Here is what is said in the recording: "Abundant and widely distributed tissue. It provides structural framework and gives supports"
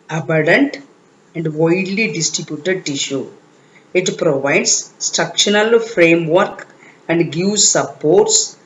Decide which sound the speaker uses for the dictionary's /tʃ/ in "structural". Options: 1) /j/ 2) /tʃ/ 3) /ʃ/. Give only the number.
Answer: 3